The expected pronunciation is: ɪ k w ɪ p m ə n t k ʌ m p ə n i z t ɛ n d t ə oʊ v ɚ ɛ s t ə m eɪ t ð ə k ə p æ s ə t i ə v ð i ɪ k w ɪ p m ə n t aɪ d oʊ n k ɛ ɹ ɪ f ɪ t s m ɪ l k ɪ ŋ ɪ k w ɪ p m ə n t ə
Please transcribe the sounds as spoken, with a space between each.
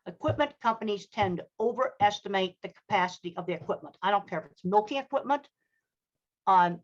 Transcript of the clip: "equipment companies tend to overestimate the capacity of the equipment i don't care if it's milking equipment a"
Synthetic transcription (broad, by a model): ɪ k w ɪ p m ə n k ʌ m p ə n i z t ɛ n t ə oʊ v ɚ ɛ s t ə m eɪ t ð ə k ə p æ s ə t i ə v ð i ɪ k w ɪ p m ə n t aɪ d oʊ n k ɛ ɹ ɪ f ɪ t s m ɪ l k ɪ ŋ ɪ k w ɪ p m ə n t